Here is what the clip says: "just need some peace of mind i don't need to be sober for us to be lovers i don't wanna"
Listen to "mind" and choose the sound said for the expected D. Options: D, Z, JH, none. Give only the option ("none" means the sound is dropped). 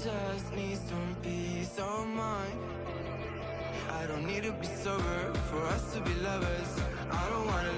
none